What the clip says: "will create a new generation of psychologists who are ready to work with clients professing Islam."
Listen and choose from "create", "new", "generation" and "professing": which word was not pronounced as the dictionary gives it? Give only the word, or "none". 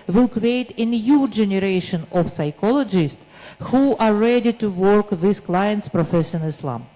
professing